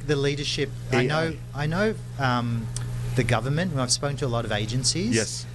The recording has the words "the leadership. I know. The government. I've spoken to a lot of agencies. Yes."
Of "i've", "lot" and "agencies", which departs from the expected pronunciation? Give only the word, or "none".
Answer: none